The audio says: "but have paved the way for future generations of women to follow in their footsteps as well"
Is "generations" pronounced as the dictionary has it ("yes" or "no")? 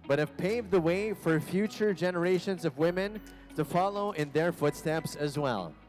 yes